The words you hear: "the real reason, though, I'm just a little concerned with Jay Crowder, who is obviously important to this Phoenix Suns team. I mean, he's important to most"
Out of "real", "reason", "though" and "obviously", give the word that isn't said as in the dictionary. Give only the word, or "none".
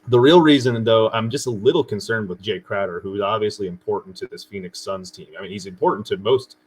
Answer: none